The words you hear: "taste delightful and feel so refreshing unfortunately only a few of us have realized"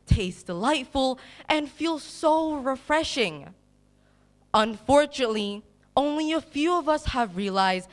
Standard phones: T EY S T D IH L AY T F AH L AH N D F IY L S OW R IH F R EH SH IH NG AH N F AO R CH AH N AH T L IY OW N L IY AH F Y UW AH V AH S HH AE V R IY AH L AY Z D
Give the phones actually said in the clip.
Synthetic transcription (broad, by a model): T EY S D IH L AY T F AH L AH N F IY L S OW R IH F R EH SH IH NG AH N F AO R CH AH N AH T L IY OW N L IY AH F Y UW AH V AH S HH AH V R IY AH L AY Z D